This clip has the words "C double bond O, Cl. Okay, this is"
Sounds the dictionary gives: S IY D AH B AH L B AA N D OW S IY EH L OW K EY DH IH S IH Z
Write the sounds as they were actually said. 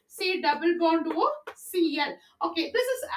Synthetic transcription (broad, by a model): S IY D AH B AH L B AA N D OW S IY EH L OW K EY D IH S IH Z